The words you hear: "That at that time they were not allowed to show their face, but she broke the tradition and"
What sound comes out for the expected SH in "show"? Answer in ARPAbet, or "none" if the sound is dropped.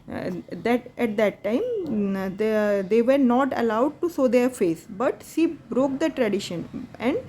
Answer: S